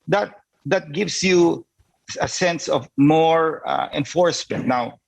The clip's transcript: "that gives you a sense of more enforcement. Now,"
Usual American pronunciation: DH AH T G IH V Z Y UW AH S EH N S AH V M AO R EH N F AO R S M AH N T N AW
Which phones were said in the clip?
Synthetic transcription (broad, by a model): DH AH T G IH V S Y UW AH S EH N S AH V M AO R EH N F AO R S M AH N T N AW